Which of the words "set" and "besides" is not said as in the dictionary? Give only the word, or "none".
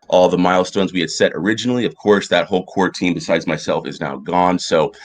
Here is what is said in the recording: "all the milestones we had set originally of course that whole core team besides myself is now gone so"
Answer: none